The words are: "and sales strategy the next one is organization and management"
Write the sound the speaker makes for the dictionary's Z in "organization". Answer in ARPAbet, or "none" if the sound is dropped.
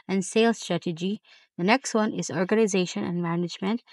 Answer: Z